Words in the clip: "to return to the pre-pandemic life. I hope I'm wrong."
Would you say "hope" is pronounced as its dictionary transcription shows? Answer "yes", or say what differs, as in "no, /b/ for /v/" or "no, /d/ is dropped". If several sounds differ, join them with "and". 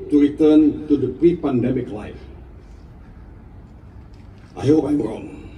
no, /p/ is dropped